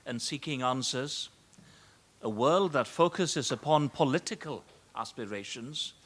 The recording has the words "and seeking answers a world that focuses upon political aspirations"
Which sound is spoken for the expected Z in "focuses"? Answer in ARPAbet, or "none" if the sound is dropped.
Z